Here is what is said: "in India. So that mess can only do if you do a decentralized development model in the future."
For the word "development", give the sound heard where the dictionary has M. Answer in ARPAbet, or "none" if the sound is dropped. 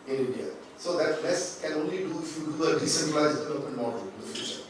none